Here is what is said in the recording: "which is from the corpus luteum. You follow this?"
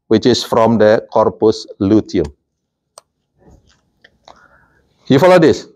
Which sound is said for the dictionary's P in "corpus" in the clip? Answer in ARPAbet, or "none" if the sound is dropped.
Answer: P